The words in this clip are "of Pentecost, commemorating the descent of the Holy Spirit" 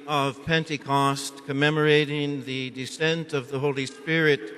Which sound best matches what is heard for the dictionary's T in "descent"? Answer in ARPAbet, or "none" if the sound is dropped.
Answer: T